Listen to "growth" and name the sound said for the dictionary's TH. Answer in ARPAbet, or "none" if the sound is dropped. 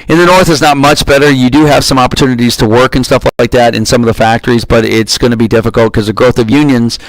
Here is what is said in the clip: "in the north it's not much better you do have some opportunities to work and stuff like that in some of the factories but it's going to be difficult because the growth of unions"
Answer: TH